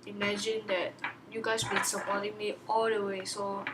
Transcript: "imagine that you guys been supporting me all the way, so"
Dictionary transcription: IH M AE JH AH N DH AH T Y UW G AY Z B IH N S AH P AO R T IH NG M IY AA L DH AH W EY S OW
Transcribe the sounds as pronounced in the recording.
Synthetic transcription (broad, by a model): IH M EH JH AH N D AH T Y UW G AY S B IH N S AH P AO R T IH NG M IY AA L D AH W EY S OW